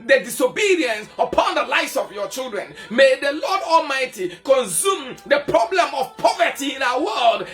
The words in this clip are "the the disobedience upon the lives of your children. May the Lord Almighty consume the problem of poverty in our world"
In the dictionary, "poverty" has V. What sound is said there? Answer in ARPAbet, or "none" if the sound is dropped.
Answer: V